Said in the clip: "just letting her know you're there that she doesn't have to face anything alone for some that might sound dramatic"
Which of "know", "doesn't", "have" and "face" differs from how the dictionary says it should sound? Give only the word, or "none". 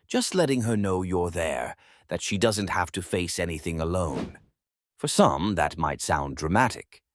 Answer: have